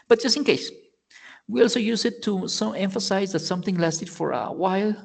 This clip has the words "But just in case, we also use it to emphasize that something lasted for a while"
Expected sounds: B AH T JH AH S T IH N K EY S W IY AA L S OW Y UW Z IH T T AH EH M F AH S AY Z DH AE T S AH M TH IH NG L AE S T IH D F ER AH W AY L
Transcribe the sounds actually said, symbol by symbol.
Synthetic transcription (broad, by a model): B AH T JH AH S T IH N K EY S W IY AA L S OW Y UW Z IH T S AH EH M F AH S AY Z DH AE T S AH M TH IH NG L AE S T IH D F ER AH W AY L